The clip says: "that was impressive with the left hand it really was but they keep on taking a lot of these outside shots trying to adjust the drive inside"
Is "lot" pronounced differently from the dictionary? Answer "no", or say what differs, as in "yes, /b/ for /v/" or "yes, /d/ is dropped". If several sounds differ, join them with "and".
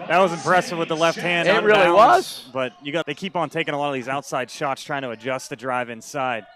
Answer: no